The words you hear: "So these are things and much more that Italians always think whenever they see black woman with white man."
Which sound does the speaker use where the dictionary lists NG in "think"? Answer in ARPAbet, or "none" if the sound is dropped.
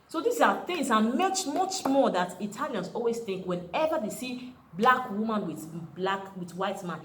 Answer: NG